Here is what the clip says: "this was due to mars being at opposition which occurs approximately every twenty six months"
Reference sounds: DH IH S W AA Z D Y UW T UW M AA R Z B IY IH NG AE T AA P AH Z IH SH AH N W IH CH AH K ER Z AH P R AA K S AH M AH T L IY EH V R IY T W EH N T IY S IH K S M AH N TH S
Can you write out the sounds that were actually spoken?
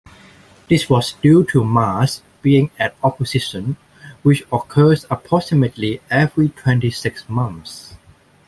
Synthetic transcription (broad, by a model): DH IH S W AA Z D Y UW T UW M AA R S B IY IH NG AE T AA P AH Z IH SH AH N W IH CH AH K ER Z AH P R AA S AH M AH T L IY EH V R IY T W EH N T IY S IH K S M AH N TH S